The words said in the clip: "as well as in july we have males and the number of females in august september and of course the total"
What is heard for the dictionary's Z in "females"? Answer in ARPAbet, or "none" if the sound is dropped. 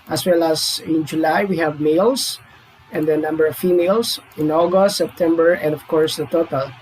S